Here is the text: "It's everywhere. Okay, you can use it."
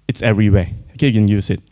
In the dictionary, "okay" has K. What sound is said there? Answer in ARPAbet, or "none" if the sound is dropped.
none